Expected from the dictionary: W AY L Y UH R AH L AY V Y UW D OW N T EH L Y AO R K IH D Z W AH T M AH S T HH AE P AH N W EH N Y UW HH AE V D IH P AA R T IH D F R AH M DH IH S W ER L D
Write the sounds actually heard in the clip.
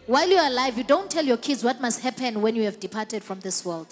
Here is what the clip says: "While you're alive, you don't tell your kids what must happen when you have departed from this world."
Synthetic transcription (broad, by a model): W AY L Y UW AH L AY V Y UW D OW N T EH L Y AO K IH D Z W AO T M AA S T HH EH P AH N W EH N Y UW HH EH V D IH P AA T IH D F R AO M DH IH S W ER L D